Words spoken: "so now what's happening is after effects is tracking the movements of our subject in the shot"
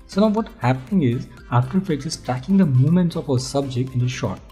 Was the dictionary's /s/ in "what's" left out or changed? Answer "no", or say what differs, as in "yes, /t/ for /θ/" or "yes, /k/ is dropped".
yes, /s/ is dropped